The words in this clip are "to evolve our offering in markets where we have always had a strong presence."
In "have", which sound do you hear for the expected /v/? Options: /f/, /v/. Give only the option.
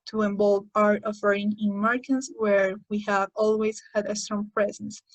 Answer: /v/